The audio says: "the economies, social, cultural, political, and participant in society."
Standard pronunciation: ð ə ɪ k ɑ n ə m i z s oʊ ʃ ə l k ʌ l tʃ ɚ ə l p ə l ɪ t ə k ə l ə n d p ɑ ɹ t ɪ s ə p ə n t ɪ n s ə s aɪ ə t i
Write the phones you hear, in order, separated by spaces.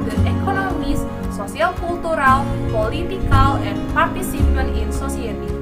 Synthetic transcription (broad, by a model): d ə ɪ k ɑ n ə m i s s oʊ s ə l k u l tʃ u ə l p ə l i t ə k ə l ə n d p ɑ ɹ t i s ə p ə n ɪ n s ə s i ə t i